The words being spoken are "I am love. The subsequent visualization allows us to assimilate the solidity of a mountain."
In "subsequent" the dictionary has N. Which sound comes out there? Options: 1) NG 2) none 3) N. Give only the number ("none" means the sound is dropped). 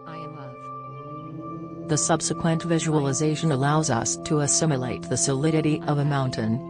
3